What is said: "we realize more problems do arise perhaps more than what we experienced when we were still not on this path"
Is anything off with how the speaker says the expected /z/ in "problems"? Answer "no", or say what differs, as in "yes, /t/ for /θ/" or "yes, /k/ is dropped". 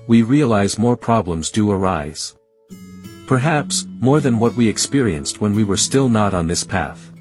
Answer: no